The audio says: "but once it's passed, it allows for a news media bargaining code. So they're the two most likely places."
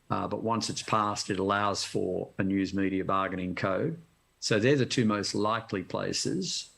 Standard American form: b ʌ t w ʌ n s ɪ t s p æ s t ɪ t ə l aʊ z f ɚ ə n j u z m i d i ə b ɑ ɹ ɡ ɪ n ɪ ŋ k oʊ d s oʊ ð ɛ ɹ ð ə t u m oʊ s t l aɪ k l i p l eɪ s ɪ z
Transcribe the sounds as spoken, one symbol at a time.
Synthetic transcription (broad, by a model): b ʌ t w ʌ n s ɪ t s p æ s t ɪ t ə l aʊ z f ɚ ə n j u z m i d i ə b ɑ ɹ ɡ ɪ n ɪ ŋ k oʊ d s oʊ ð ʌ ɹ ð ə t u m oʊ s t l aɪ k l i p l eɪ s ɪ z